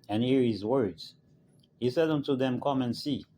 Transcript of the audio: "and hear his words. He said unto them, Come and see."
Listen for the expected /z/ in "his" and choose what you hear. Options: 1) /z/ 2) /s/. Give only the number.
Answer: 1